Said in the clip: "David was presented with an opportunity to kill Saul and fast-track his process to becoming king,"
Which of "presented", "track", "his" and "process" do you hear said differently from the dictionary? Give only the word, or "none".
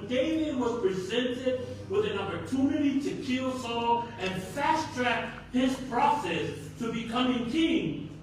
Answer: none